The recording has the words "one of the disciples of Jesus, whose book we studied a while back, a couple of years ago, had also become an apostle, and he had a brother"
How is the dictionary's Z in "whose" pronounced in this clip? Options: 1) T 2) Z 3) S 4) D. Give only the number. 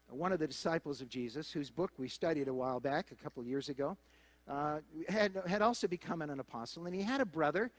2